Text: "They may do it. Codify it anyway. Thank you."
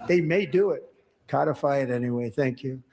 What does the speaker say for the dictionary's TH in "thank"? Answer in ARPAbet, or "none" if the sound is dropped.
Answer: TH